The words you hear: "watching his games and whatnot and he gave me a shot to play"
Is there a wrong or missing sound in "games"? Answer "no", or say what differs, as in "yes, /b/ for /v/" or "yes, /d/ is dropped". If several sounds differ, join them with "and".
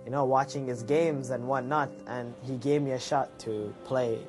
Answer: no